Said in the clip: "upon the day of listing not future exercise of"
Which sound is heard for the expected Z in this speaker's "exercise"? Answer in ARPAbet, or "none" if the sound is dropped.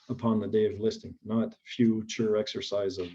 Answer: Z